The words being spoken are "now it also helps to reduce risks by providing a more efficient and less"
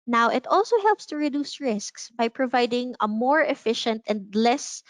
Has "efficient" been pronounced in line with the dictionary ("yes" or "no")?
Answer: yes